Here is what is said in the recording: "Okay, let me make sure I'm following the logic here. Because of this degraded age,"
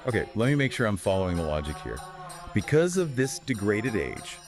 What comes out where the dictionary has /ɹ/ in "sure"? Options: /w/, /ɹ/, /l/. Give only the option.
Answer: /ɹ/